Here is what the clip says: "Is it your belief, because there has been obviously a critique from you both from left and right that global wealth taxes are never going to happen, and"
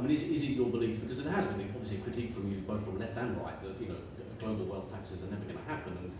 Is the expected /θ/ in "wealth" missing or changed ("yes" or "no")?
no